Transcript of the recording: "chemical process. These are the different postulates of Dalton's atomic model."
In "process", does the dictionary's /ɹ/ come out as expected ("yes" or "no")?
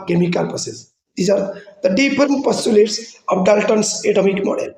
no